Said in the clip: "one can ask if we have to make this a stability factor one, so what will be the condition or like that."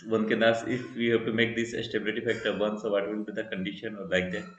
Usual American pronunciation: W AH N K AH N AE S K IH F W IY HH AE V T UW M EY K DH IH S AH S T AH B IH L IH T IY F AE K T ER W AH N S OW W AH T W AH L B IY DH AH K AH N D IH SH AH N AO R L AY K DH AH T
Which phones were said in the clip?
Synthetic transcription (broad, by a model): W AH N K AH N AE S IH F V IY HH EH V T UW M EY K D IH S AH S T AH B IH L IH T IY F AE K T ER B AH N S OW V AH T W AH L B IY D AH K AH N D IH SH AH N AO R L AY K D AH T